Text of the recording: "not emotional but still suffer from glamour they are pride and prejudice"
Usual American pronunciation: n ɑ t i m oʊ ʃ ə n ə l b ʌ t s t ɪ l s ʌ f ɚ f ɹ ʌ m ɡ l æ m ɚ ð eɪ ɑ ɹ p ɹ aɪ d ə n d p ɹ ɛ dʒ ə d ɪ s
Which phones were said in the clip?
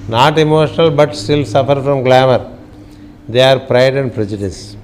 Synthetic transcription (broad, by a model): n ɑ t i m oʊ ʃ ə n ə l b ʌ t s t ɪ l s ʌ f ɚ f ɹ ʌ m ɡ l æ m ɚ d eɪ ɑ ɹ p ɹ aɪ d ə n d p ɹ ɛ dʒ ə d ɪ s